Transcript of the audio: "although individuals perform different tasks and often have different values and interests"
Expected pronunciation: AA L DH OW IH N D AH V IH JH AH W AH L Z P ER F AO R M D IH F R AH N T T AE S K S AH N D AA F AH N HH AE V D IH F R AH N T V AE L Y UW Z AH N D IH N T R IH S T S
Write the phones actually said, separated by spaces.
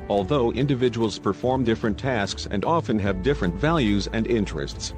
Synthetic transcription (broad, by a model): AA L DH OW IH N D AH V IH JH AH W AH L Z P ER F AO R M D IH F R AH N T T AE S K S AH N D AA F AH N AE V D IH F R AH N T V AE L Y UW Z AH N D IH N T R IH S T S